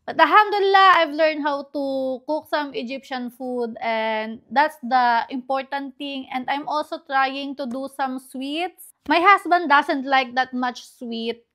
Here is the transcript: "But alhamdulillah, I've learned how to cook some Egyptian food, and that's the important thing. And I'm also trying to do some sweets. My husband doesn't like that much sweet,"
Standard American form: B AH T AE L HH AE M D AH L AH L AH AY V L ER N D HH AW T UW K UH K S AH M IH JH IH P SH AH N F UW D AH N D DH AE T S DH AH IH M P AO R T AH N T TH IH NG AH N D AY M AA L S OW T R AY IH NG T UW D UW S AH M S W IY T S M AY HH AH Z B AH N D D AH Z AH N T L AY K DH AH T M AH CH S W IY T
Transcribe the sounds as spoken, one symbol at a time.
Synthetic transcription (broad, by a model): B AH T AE HH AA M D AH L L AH AY V L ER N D HH AW T UW K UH K S AH M IH JH IH P SH AH N F UW D AH N D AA T S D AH IH M P AO R T AH N T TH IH NG AH N D AY M AA L S OW T R AY IH NG T UW D UW S AH M S W IY T S M AY HH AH S B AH N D D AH S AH N T L AY K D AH T M AH CH S W IY T